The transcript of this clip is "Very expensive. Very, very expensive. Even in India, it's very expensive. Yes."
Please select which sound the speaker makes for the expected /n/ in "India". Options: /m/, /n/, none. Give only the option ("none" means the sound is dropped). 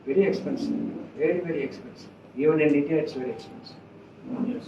none